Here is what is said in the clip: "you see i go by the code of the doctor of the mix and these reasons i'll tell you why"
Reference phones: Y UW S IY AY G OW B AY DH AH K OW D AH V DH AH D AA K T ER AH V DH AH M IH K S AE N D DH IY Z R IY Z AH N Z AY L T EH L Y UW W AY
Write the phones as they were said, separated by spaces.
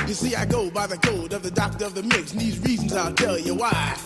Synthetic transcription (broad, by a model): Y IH S IY AY G OW B AY DH AH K OW D AH V DH AH D AA K T ER AH V DH AH M IH K S N DH IY Z R IY Z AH N Z AY L T EH L Y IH W AY